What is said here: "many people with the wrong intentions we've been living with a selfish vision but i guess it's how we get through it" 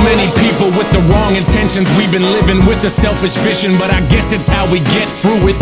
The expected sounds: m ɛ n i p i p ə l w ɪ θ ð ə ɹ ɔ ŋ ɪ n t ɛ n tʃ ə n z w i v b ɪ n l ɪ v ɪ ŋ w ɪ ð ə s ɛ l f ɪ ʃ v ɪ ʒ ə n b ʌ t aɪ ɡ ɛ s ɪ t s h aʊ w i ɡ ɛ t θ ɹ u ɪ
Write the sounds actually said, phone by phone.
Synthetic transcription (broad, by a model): m ɛ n i p i p l w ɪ ð ə ɹ ɔ ŋ ɪ n t ɛ n ʃ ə n z w i v b ɪ n l ɪ v ɪ ŋ w ɪ ð ə s ɛ l f ɪ ʃ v ɪ ʃ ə n b ʌ t aɪ ɡ ɛ s ɪ t s h aʊ w i ɡ ɛ t θ ɹ u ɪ